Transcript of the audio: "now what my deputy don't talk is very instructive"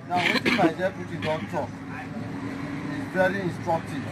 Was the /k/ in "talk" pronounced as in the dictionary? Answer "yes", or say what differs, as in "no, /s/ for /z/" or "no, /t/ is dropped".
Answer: no, /k/ is dropped